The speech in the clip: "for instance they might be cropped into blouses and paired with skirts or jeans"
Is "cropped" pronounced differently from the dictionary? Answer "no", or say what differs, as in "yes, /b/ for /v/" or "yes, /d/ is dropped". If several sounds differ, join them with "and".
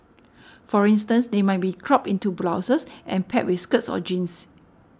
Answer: yes, /t/ is dropped